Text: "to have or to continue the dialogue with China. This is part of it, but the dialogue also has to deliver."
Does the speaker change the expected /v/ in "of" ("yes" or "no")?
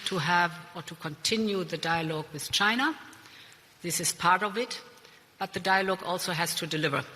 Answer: no